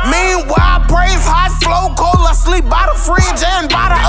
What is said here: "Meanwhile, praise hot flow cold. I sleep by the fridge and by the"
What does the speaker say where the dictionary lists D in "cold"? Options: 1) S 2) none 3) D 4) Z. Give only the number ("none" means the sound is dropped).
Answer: 2